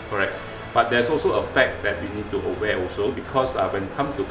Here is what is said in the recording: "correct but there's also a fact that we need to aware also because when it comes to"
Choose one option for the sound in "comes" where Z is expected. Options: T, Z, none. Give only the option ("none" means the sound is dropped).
none